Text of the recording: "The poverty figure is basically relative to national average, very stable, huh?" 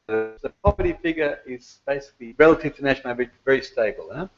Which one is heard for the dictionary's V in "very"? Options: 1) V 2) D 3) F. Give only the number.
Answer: 1